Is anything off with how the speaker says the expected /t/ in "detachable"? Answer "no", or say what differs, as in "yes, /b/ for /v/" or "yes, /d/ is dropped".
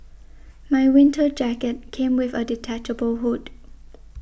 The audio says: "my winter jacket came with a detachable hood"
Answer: no